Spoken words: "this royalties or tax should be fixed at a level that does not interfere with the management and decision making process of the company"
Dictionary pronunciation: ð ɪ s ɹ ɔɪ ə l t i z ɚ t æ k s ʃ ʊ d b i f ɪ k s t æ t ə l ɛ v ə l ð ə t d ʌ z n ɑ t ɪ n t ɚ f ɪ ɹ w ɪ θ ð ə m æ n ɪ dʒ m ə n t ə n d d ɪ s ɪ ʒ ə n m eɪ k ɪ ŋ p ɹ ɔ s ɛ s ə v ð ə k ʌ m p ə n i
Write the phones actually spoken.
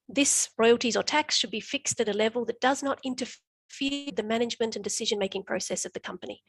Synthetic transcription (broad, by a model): ð ɪ s ɹ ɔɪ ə l t i z ɚ t æ k s ʃ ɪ d b i f ɪ k s t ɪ t ə l ɛ v ə l ð ə t d ʌ z n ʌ t ɪ n t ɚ f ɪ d ð ə m æ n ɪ dʒ m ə n t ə n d d ɪ s ɪ ʒ ə n m eɪ k ɪ ŋ p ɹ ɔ s ɛ s ə v ð ə k ʌ m p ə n i